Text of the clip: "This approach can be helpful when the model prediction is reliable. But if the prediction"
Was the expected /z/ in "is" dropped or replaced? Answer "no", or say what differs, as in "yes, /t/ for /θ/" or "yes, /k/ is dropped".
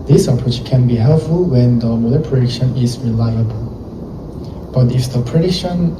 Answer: yes, /s/ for /z/